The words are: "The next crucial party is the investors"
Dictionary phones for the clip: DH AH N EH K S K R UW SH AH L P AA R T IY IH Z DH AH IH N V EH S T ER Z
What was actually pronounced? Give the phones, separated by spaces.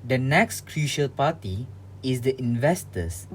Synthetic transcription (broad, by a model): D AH N EH K S K R UW SH AH L P AA T IY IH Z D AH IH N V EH S T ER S